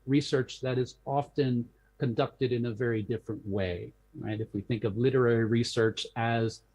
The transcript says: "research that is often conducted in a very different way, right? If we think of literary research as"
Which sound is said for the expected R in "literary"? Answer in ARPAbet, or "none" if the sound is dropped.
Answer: R